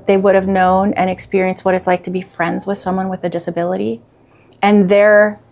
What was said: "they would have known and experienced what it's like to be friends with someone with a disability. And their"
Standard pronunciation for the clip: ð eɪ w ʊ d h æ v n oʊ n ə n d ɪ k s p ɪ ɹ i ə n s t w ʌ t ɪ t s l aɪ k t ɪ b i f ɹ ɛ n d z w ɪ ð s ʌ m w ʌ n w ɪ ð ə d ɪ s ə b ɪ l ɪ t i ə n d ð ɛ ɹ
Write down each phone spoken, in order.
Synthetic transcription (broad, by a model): ð eɪ w ʊ d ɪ v n oʊ n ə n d ɪ k s p ɪ ɹ i ə n s t w ʌ t ɪ t s l aɪ k t ɪ b i f ɹ ɛ n d z w ɪ ð s ʌ m w ʌ n w ɪ ð ə d ɪ s ə b ɪ l ɪ t i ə n ð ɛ ɹ